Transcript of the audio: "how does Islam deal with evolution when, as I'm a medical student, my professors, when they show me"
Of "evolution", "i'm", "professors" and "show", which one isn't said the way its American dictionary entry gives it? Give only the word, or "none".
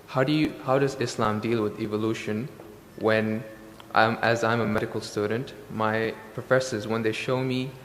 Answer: none